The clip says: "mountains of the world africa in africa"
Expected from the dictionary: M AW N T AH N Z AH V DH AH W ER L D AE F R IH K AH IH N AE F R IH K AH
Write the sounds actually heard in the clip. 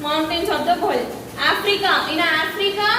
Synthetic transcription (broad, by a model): M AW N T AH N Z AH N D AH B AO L AA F R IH K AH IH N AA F R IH K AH